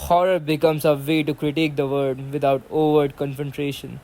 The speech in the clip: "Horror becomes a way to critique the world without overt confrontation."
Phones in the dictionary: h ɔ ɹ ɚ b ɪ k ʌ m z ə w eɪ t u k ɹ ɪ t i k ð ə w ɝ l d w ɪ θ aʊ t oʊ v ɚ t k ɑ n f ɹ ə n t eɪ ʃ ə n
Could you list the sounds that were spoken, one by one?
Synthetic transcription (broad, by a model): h ɔ ɹ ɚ b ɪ k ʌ m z ə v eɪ t u k ɹ ɪ t i k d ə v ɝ d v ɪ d aʊ t oʊ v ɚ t k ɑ n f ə n t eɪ ʃ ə n